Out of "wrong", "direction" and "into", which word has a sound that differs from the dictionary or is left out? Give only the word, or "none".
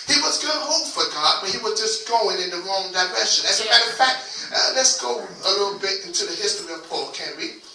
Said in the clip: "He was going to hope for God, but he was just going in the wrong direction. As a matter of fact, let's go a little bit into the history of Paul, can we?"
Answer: direction